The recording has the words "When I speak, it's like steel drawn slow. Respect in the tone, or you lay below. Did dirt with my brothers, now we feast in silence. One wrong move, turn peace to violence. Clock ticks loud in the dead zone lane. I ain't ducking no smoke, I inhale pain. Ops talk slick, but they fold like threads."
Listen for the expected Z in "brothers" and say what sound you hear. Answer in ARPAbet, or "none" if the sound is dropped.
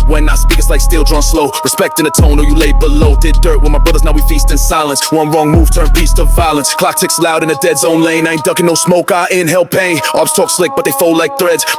Z